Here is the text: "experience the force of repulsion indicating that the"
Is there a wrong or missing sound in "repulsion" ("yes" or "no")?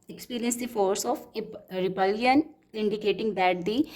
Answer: yes